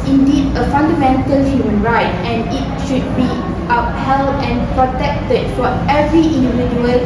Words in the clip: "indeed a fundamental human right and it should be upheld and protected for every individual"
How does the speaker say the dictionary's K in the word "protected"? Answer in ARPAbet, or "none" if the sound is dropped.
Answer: K